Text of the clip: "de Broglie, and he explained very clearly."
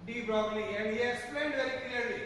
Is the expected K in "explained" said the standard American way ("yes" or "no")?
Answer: no